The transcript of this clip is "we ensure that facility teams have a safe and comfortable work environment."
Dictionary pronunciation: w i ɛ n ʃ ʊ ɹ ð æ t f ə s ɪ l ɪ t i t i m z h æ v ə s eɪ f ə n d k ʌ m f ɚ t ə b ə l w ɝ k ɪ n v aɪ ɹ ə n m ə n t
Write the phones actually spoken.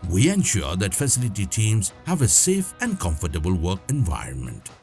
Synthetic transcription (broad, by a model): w i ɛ n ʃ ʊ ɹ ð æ t f ə s ɪ l ɪ t i t i m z h æ v ə s eɪ f ə n d k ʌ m f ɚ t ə b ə l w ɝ k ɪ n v aɪ ɹ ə n m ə n t